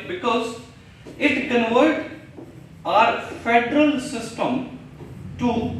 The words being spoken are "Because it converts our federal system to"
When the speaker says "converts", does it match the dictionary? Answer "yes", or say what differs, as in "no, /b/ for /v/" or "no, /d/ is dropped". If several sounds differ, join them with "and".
no, /s/ is dropped